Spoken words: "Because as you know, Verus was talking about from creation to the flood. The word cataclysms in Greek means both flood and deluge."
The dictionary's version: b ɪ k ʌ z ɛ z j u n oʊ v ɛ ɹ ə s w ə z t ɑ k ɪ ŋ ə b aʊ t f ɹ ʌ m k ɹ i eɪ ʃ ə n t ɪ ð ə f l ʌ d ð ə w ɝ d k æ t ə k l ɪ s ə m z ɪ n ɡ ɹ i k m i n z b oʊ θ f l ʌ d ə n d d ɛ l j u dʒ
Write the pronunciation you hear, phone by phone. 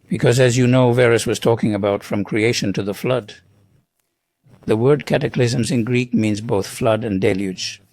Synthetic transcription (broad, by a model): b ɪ k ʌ z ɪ z j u n oʊ v ɛ ɹ ə s w ə z t ɑ k ɪ ŋ ə b aʊ t f ɹ ʌ m k ɹ i eɪ ʃ ə n t ɪ ð ə f l ʌ d ð ə w ɝ d k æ t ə k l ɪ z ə m z ɪ n ɡ ɹ i k m i n z b oʊ θ f l ʌ d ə n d d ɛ l j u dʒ